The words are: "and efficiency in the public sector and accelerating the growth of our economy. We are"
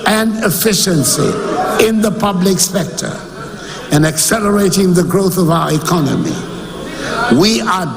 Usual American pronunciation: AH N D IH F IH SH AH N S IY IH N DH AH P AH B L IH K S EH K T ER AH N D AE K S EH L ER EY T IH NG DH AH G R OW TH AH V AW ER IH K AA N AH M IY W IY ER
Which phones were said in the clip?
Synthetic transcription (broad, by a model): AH N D IH F IH SH AH N S IY IH N DH AH P AH B L IH K S EH K T ER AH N AE K S EH L ER EY T IH NG DH AH G R OW TH AH V AW ER IH K AA N AH M IY W IY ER